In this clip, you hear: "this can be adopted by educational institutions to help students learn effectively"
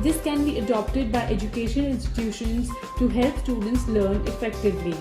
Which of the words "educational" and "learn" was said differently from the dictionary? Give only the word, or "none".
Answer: educational